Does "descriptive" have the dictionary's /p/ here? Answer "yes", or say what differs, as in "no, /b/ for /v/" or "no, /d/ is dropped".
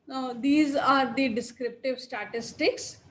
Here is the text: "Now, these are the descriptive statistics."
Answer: yes